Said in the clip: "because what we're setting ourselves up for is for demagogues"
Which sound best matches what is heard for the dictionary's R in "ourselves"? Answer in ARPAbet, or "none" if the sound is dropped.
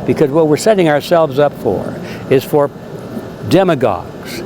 R